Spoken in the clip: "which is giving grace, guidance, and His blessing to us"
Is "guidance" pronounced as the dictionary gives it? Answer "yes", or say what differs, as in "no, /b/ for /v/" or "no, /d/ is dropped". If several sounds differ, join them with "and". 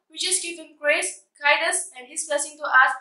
no, /n/ is dropped